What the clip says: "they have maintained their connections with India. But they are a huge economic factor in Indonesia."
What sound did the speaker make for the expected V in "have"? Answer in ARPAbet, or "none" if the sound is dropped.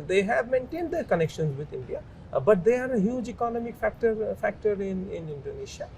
V